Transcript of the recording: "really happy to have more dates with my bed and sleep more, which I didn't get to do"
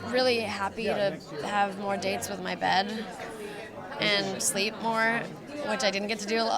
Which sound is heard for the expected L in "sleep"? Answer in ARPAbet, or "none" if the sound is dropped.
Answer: L